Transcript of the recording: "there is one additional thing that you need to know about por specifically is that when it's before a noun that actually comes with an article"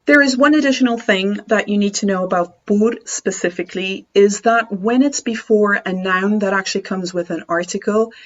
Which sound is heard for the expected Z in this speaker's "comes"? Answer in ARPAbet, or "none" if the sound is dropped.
Z